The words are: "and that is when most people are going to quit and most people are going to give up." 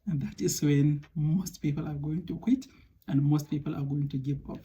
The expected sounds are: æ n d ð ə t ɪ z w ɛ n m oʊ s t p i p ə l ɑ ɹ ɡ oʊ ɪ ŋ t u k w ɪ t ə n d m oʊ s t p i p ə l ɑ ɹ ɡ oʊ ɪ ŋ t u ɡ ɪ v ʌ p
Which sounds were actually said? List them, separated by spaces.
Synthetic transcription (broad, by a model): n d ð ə t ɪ s w ɛ n m oʊ s t p i p ə l ɑ ɹ ɡ oʊ ɪ ŋ t u k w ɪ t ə n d m oʊ s t p i p ə l ɑ ɹ ɡ oʊ ɪ ŋ t u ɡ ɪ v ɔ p